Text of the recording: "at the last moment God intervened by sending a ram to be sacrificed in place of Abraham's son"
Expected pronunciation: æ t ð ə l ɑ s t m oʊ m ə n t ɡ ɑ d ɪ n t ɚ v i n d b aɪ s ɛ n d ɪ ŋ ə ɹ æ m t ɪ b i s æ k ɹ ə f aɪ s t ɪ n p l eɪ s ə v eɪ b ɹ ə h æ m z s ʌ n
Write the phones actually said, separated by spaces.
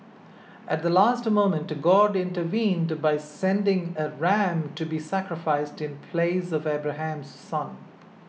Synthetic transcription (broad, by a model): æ t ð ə l ɑ s t m oʊ m ə n t ɡ ɑ d ɪ n t ɚ v i n d b aɪ s ɛ n d ɪ ŋ ə ɹ æ m t ɪ b i s æ k ɹ ə f aɪ s t ɪ n p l eɪ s ə v eɪ b ɹ ə h æ m z s ʌ n